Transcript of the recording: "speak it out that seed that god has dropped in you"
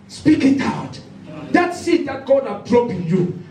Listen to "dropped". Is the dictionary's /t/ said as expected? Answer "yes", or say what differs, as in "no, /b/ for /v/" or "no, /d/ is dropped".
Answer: no, /t/ is dropped